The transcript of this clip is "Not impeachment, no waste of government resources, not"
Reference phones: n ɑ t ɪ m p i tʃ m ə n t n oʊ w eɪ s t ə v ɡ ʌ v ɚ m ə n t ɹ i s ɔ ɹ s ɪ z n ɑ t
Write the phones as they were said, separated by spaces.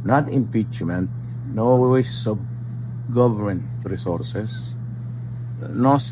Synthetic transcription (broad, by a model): n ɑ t ɪ m p i tʃ m ə n t n oʊ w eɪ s ə b ɡ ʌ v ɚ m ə n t ɹ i s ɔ ɹ s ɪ s n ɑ